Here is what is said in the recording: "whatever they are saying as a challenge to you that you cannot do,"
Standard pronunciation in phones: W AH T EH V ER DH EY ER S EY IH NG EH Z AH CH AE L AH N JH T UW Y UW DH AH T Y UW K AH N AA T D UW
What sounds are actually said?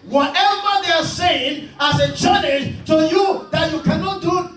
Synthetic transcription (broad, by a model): W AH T EH V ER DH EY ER S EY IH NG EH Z AH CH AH N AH JH T UW Y UW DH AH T Y UW K AH N AA T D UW